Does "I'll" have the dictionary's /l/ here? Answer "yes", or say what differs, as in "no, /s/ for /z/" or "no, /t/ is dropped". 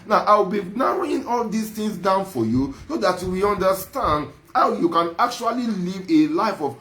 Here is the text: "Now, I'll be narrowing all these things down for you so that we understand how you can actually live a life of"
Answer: no, /w/ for /l/